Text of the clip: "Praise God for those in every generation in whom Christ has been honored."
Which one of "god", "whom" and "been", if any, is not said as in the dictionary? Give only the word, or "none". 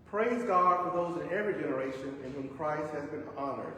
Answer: none